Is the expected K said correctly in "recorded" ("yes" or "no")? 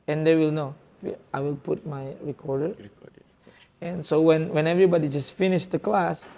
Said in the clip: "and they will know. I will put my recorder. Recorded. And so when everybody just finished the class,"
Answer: no